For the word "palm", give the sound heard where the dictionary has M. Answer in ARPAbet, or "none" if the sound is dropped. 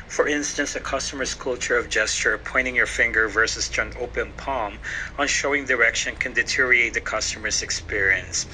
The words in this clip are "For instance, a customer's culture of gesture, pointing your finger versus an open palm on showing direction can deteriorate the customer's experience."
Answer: M